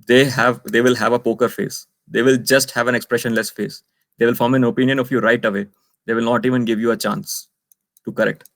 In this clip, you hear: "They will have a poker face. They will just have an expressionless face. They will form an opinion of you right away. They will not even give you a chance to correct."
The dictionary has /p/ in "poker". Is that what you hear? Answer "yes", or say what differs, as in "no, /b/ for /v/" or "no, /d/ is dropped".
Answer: yes